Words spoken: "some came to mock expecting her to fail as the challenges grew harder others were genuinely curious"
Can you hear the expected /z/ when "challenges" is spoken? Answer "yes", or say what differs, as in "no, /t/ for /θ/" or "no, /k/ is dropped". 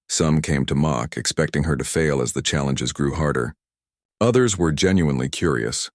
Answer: yes